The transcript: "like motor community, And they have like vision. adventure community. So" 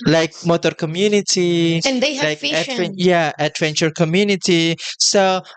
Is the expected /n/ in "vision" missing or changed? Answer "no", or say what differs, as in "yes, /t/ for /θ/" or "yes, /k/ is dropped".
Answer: yes, /n/ is dropped